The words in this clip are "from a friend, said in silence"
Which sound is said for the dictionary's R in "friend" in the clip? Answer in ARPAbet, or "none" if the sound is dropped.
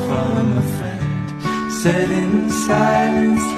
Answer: none